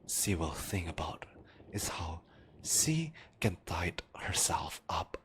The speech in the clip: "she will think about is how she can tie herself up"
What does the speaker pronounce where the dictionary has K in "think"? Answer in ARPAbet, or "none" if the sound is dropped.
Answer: none